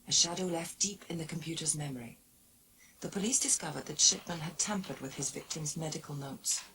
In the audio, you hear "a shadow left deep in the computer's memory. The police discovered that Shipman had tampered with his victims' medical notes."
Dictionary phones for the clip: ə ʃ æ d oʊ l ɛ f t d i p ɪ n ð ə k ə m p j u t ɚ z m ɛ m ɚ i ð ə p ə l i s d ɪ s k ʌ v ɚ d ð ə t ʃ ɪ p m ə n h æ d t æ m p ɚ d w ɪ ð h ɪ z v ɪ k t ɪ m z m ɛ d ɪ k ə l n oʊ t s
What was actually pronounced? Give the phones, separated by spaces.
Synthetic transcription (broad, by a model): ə ʃ æ d oʊ l ɛ f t d i p ɪ n ð ə k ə m p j u t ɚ z m ɛ m ɚ i ð ə p ə l i s d ɪ s k ʌ v ɚ d ð ə t ʃ ɪ p m ə n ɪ d t æ m p ɚ d w ɪ ð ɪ z v ɪ k t ɪ m z m ɛ d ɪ k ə l n oʊ t s